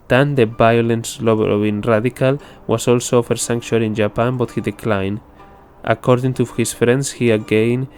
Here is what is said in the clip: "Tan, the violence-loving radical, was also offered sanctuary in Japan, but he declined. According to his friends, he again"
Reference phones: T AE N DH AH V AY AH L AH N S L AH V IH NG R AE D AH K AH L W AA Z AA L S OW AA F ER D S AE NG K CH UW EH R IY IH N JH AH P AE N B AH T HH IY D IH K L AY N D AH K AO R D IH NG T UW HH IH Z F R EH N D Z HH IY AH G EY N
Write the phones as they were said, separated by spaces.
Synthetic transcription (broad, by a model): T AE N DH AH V AY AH L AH N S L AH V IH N R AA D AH K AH L W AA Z AA L S OW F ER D S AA NG K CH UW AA L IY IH N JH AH P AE N B AH T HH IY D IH K L AY N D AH K AO R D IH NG T UW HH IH S F R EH N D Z HH IY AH G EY N